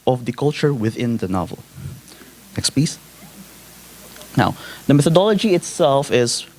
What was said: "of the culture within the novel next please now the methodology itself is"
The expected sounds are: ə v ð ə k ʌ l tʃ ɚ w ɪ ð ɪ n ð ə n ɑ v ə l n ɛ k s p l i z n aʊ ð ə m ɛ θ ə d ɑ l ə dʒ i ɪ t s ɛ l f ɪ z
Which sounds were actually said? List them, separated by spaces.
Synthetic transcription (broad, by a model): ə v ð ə k ʌ l tʃ ɚ w ɪ ð ɪ n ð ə n ɑ v ə l n ɛ k s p i s n aʊ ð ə m ɛ θ ə d ɑ l ə dʒ i ɪ t s ɛ l f ɪ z